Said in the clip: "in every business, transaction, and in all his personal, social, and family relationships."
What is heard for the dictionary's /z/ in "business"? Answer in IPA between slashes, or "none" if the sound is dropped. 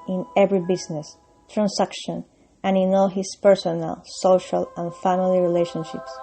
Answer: /s/